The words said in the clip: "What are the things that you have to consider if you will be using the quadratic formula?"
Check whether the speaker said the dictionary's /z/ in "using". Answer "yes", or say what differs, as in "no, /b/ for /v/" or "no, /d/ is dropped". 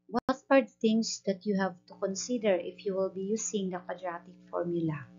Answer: no, /s/ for /z/